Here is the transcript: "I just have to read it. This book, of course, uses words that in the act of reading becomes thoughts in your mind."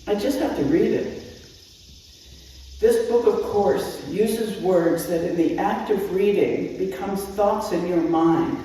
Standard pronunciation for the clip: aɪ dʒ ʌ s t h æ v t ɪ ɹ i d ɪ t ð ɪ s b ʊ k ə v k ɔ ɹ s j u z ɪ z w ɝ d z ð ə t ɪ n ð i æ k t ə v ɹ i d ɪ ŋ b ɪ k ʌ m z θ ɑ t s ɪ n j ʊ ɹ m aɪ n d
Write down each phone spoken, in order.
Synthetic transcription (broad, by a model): aɪ dʒ ʌ s t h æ f t ɪ ɹ i d ɪ t ð ɪ s b ʊ k ə v k ɔ ɹ s j u z ɪ z w ɝ d z ð ə t ɪ n ð i æ k t ə v ɹ i d ɪ ŋ b ɪ k ʌ m z θ ɑ t s ɪ n j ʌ ɹ m aɪ n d